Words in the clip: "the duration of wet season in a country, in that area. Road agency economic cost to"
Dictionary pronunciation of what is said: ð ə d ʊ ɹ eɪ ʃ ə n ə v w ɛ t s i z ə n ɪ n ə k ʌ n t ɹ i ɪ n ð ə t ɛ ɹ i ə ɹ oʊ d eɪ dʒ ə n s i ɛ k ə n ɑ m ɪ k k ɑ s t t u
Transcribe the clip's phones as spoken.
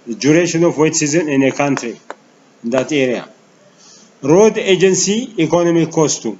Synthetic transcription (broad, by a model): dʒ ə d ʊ ɹ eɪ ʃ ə n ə f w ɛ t s i z ə n ɪ n ə k ʌ n t ɹ i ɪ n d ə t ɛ ɹ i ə ɹ oʊ d eɪ dʒ ə n s i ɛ k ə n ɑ m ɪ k k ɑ s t t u